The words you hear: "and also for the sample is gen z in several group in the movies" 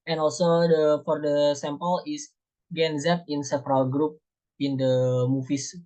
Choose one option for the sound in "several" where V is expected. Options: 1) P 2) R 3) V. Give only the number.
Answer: 1